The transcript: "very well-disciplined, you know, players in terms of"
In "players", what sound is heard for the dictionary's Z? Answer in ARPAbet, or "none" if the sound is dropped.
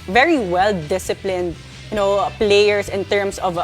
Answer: S